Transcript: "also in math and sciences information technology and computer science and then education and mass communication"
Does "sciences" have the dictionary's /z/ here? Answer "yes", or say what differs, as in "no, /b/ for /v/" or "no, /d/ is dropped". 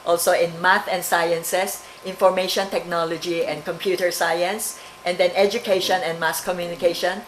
no, /s/ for /z/